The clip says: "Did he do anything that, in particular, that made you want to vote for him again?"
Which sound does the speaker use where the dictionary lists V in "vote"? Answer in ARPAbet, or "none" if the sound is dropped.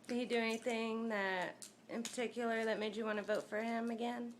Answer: V